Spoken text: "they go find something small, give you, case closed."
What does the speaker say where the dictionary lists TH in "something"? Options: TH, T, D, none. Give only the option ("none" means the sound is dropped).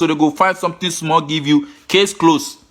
T